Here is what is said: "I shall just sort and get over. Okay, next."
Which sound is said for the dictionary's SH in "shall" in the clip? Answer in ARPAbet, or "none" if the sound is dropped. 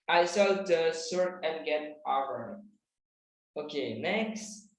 S